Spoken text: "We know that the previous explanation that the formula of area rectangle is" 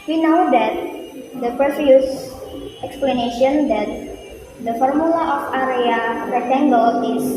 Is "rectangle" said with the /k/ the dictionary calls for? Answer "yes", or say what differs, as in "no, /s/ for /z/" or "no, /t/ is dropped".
no, /k/ is dropped